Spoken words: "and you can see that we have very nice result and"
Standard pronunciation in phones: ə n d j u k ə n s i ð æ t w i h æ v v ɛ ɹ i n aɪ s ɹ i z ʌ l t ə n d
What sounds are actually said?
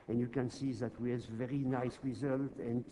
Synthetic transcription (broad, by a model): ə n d j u k ə n s i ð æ t w i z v v ɛ ɹ i n aɪ s ɹ i z ʌ l t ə n